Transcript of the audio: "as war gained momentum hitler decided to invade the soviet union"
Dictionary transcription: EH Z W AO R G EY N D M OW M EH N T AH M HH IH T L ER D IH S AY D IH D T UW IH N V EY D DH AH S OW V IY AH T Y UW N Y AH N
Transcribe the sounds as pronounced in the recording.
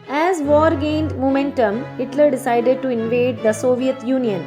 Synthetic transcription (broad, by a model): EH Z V AO R G EY N D M OW M EH N T AH M HH IH T L ER D IH S AY D IH D T UW IH N V EY D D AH S OW V IY AH T Y UW N Y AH N